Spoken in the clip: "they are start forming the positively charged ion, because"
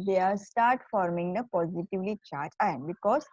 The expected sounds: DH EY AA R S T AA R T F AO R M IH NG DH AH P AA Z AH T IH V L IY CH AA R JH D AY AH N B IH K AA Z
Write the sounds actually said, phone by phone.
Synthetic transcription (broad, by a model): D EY AA R S T AA R T F AO R M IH NG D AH P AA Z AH T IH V L IY CH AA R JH AY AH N B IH K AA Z